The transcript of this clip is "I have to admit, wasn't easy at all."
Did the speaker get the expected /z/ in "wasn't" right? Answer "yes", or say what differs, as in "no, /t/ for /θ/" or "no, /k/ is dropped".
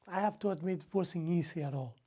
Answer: no, /s/ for /z/